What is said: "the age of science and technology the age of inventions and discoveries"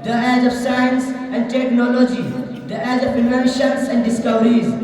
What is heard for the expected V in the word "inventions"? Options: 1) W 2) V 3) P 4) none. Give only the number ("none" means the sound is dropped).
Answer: 4